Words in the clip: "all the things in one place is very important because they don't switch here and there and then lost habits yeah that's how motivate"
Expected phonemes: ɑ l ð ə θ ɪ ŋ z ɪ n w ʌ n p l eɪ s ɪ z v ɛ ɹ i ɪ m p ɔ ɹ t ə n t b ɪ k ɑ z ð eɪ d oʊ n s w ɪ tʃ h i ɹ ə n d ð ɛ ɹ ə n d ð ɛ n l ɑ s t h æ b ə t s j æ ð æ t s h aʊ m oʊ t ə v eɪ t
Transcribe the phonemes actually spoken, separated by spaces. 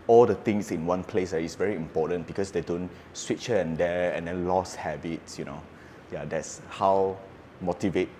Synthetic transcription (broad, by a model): ɑ l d ə t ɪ ŋ s ɪ n w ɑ n p l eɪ s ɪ s v ɛ ɹ i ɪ m p ɔ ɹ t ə n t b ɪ k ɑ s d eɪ d oʊ n s w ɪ tʃ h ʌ ə n d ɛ ə n d ɛ n l ɑ s h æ b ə t s j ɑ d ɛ t s h aʊ m oʊ t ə v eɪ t